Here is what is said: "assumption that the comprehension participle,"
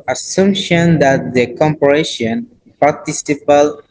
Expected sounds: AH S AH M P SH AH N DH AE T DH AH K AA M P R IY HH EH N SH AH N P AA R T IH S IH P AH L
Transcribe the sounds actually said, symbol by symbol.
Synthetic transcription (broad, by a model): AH S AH M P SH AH N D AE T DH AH K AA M P IY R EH SH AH N P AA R T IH S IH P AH L